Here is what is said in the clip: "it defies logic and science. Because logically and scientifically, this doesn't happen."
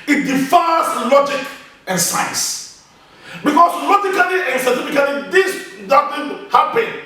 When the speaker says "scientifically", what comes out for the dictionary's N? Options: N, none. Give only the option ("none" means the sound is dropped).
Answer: none